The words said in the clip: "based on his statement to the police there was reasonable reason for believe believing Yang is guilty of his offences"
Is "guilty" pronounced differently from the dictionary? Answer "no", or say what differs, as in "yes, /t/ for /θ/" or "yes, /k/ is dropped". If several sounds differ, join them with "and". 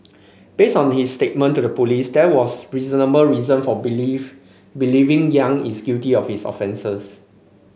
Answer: yes, /l/ is dropped